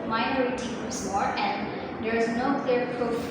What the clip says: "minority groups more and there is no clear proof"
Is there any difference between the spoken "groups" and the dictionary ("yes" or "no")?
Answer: yes